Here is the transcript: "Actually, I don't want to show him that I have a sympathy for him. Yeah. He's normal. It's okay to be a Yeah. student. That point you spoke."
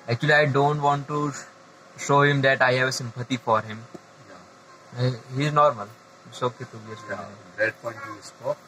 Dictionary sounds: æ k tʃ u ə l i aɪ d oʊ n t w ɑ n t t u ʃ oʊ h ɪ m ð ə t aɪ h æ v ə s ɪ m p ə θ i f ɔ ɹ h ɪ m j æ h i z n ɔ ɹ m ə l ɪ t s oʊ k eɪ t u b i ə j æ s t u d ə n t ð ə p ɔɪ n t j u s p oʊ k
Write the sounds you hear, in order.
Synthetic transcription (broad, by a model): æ k tʃ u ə l i aɪ d oʊ n t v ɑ n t t u ʃ oʊ h ɪ m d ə t aɪ h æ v ə s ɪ m p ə t i f ɔ ɹ h ɪ m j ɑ h i z n ɔ ɹ m ə l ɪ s oʊ k eɪ t u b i ə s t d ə t p ɔɪ n t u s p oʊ